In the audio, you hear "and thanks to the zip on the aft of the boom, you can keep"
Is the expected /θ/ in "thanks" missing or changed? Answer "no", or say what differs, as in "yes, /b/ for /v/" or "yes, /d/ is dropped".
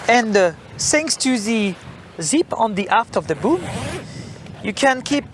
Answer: yes, /s/ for /θ/